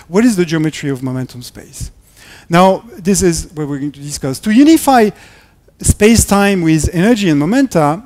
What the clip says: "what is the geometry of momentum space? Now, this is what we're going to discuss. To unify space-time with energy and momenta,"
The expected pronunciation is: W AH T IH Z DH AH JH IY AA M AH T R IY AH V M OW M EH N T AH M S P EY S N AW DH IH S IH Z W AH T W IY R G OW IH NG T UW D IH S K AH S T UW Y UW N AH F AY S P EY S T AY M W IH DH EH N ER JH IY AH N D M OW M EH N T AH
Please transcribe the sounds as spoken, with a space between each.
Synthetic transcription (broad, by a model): W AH T IH Z DH AH JH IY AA M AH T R IY AH V M OW M EH N T AH M S P EY S N AW DH IH S IH Z W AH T W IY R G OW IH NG T UW D IH S K AH S T UW Y UW N AH F AY S P EY S T AY M W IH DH EH N ER JH IY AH N M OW M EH N T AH